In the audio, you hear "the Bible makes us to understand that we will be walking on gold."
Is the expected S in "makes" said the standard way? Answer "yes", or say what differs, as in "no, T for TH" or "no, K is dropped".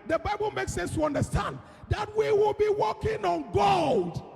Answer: yes